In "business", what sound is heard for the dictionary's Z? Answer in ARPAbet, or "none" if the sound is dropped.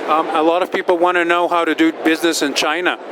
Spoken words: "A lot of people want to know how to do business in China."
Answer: Z